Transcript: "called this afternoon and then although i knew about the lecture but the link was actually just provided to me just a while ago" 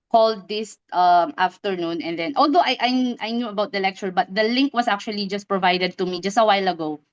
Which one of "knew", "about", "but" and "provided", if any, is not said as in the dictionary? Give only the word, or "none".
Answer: none